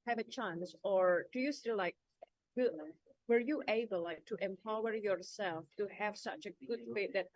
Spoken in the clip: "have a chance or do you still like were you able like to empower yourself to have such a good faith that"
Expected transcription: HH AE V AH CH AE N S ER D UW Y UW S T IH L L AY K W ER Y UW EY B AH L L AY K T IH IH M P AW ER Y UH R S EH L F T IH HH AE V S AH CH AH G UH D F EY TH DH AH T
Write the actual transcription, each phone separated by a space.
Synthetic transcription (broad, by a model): HH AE V AH CH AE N S ER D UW Y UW S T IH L L AY K W ER Y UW EY B AH L L AY K T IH IH M P AW ER Y UH R S EH L F T IH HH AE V S AH CH AH G UH D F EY T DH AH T